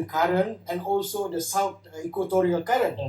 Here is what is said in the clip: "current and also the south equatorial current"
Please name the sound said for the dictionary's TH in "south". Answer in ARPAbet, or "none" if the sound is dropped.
T